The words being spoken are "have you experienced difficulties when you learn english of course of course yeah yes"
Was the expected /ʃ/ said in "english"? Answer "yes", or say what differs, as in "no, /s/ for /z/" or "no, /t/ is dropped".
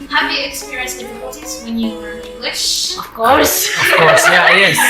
yes